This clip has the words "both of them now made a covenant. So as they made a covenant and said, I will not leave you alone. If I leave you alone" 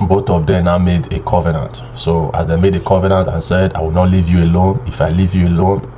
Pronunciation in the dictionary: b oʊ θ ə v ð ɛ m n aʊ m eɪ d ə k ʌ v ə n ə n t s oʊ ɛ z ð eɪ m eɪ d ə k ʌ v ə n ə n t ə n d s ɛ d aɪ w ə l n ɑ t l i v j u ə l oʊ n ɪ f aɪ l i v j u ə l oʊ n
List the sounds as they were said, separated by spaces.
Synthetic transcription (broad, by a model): b oʊ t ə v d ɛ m n aʊ m eɪ d ə k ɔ v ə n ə n t s oʊ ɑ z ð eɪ m eɪ d ə k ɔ v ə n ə n t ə n s ɛ d aɪ w ə l n ɑ t l i v j u ə l oʊ n ɪ f aɪ l i v j u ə l oʊ n